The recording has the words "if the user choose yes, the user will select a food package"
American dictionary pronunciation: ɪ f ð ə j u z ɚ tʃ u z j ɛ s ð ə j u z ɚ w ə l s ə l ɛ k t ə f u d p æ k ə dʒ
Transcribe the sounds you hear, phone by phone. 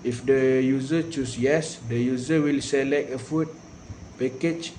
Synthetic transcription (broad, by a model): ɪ f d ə j u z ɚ tʃ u s j ɛ s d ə j u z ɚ w ə l s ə l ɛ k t ə f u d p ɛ k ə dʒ